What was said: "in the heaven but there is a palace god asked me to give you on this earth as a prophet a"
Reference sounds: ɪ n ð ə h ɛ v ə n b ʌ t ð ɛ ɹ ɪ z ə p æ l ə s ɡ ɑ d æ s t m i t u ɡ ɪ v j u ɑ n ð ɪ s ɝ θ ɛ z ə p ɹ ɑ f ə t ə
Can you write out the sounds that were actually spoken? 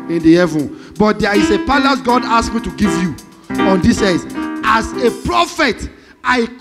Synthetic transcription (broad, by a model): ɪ n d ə h ɛ v ə n b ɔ t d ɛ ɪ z ə p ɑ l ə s ɡ ɑ d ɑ s m i t u ɡ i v j u ɑ n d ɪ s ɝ s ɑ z ə p ɹ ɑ f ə t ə